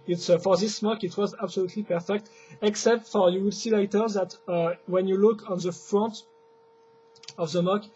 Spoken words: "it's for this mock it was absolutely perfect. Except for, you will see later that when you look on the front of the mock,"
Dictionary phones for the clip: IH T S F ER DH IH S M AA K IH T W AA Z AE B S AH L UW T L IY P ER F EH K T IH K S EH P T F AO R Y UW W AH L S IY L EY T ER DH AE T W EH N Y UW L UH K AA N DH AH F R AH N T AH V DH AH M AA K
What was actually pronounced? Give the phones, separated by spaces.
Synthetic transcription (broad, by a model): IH T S F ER DH IH S M AA K IH T W AA Z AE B S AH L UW T L IY P ER F EH K T IH K S EH P T F AO R Y UW W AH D S IY L EY T ER DH AE T W EH N Y UW L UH K AA N DH AH F R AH N T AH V DH AH M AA K